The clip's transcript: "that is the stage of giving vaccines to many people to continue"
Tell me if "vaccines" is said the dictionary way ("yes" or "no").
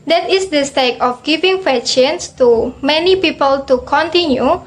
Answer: no